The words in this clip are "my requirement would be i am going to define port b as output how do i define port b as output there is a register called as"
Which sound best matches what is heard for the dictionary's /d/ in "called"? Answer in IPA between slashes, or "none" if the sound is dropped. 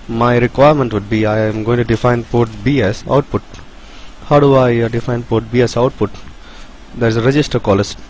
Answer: none